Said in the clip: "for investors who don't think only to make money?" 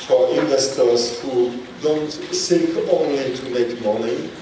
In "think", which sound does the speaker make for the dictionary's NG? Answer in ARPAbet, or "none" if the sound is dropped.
none